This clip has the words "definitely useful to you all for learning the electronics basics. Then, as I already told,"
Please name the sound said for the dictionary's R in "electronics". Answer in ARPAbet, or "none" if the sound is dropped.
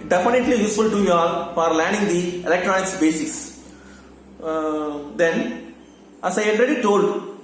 R